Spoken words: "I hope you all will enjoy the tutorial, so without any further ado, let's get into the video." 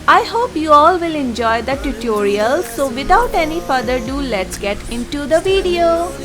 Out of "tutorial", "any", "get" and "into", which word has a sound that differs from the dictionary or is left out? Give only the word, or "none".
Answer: none